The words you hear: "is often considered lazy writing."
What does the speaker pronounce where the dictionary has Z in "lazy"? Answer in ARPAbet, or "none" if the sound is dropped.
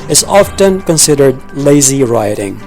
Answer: Z